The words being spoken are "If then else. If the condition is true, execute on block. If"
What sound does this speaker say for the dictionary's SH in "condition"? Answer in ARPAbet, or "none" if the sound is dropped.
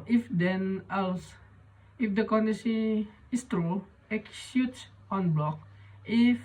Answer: S